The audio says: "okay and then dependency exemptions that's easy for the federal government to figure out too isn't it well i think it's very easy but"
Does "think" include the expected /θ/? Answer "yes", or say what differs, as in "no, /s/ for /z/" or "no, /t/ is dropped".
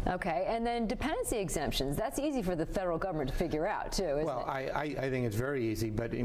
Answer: yes